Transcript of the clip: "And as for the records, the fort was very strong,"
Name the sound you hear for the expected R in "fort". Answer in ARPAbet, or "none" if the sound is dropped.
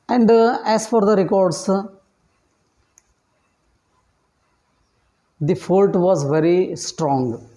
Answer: L